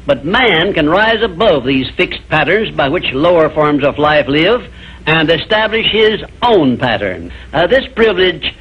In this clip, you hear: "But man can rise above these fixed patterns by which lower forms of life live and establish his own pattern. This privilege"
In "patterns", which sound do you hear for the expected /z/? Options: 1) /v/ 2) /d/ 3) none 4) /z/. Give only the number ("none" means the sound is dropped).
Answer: 4